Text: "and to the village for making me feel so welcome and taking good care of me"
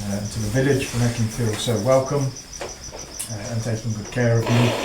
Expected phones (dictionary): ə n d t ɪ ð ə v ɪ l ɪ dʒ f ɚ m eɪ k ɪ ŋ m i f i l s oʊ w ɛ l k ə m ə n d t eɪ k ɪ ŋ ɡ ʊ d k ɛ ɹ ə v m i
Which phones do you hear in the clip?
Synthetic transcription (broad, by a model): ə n t ɪ ð ə v ɪ l ɪ dʒ f ɚ m eɪ k ɪ ŋ f i l s oʊ w ɛ l k ə m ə n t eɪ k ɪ ɡ ʊ d k ɛ ɹ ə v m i